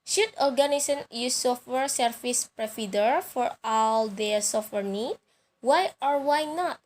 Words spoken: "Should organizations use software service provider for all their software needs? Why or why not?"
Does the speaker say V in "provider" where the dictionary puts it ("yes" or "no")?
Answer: no